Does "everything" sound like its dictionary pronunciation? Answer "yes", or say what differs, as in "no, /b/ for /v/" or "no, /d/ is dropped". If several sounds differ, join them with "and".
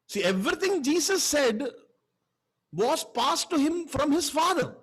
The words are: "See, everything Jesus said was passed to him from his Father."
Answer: no, /t/ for /θ/